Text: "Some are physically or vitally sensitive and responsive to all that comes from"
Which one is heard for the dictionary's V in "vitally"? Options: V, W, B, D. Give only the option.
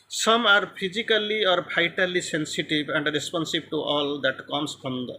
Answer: B